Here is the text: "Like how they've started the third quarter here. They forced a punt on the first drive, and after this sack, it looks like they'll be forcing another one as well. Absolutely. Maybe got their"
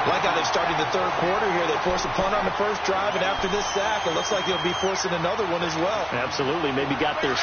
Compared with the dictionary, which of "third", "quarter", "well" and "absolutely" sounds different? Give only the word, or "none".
none